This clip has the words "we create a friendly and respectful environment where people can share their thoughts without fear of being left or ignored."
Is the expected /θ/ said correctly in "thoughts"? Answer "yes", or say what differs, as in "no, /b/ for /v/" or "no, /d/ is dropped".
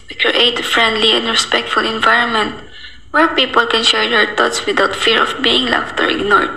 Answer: no, /t/ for /θ/